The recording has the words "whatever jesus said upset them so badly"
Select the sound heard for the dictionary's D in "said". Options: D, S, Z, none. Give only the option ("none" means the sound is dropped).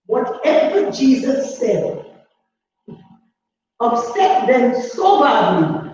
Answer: D